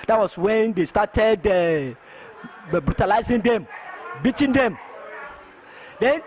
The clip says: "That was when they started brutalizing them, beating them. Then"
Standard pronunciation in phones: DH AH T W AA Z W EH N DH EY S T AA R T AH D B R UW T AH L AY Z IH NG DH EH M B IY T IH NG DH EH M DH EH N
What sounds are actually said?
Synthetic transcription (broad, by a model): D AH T W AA S W EH N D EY S T AA T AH D B R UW T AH L AY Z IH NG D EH M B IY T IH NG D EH M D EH N